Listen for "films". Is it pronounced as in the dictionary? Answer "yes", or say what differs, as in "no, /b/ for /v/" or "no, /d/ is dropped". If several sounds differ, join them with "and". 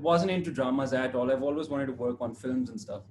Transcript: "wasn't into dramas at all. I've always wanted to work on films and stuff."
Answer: yes